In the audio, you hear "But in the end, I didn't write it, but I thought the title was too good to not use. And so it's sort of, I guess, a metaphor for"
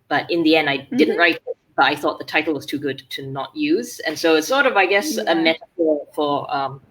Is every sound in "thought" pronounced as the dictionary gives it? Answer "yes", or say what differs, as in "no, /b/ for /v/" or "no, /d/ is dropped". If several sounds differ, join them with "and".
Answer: yes